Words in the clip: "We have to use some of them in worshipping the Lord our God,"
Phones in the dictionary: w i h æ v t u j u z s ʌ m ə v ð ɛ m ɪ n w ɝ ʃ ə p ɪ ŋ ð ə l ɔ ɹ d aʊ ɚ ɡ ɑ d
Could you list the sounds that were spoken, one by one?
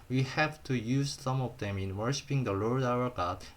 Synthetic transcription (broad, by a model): w i h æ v t u j u z s ʌ m ə v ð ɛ m ɪ n w ɝ ʃ ə p ɪ ŋ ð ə l ɔ ɹ d aʊ ɚ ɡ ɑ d